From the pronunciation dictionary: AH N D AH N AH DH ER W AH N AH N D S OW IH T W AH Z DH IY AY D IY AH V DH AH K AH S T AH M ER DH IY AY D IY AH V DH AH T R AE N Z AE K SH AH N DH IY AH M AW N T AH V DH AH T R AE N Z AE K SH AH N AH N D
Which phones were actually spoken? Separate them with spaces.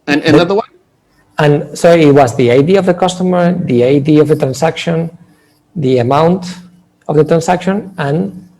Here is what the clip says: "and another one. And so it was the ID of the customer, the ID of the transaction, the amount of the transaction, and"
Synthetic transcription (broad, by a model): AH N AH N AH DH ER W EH AH N S OW IH T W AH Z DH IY AY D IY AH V DH AH K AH S T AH M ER DH IY AY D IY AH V DH AH T R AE N S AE K SH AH N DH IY AH M AW N T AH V DH AH T R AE N S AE K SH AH N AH N